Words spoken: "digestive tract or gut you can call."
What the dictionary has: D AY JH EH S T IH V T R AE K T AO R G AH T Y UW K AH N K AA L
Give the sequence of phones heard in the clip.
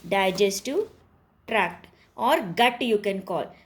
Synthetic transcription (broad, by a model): D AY JH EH S T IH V T R AE K T AO R G AH T Y UW K AH N K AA L